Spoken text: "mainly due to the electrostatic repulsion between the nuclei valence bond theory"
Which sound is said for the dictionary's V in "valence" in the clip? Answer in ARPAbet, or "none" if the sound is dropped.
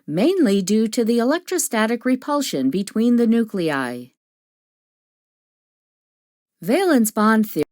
V